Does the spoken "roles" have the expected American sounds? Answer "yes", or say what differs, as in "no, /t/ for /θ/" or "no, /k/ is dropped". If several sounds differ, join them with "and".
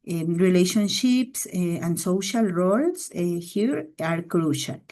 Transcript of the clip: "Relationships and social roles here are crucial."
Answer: no, /s/ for /z/